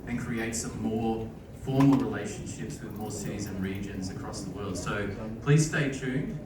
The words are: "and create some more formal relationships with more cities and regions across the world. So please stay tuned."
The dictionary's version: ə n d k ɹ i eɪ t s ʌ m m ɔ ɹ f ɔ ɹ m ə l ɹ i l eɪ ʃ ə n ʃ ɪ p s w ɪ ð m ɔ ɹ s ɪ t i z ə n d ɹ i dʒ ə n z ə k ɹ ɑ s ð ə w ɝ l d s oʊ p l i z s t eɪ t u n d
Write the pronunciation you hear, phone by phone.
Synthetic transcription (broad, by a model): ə n k ɹ i eɪ t s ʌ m m ɔ ɹ f ɔ ɹ m ə l ɹ i l eɪ ʃ ə n ʃ ɪ p s w ɪ ð m ɔ ɹ s ɪ t i z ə n ɹ i dʒ ə n z ə k ɹ ɑ s ð ə w ɝ l d s oʊ p l i z s t eɪ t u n